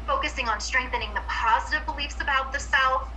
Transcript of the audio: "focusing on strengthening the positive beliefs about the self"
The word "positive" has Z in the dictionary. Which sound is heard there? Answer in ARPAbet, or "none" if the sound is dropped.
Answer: Z